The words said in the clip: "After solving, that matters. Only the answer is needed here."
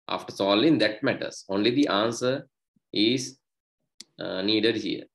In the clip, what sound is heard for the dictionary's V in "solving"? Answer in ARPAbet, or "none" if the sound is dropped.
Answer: none